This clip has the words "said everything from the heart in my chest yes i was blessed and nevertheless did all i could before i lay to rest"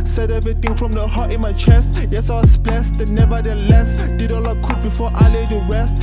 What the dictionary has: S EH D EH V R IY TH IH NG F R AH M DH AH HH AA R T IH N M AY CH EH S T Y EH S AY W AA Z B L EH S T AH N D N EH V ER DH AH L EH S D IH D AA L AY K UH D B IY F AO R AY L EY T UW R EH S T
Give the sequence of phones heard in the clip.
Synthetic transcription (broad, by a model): S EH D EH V R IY T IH NG F R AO M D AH HH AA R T IH N M AY CH EH S T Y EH S AY W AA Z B L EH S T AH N N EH V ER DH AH L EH S D IH D AA L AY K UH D B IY F AO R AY L EY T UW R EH S T